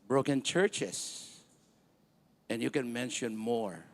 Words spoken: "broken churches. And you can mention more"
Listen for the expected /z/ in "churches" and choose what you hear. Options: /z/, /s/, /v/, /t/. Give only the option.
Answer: /s/